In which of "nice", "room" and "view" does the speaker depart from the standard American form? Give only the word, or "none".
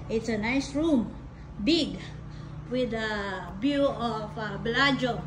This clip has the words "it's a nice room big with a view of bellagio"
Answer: view